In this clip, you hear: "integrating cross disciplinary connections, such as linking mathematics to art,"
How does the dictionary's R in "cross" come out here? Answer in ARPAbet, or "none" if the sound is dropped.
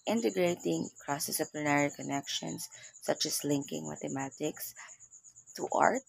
R